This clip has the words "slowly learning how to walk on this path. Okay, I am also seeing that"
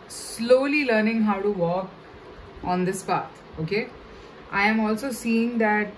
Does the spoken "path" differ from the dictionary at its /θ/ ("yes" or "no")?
yes